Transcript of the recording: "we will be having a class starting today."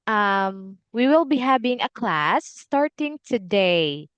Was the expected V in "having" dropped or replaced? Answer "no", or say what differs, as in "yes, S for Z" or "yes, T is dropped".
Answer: yes, B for V